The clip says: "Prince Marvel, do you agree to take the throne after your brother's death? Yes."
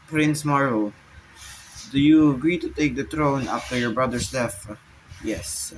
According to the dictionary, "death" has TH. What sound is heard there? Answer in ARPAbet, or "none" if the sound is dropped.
F